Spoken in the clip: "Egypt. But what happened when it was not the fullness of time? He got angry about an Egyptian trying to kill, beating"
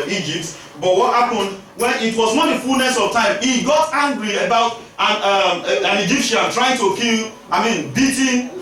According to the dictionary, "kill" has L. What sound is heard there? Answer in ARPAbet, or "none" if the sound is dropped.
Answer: N